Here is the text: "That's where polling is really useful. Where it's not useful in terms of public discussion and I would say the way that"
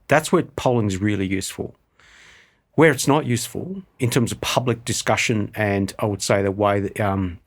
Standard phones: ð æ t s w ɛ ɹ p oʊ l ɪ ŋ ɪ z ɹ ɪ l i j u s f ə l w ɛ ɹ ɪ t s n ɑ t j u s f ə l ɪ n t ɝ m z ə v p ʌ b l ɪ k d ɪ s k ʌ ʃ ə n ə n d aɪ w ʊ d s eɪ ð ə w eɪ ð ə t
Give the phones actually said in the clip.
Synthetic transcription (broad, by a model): ð æ t s w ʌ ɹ p oʊ l ɪ ŋ ɪ z ɹ ɪ l i j u s f ə l w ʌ ɹ ɪ t s n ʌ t j u s f ə l ɪ n t ɝ m z ə v p ʌ b l ɪ k d ɪ s k ʌ ʃ ə n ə n aɪ w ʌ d s eɪ ð ə w eɪ ð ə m